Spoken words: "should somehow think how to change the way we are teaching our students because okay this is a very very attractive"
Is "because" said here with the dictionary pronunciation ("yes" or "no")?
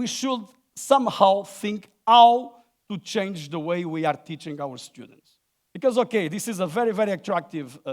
yes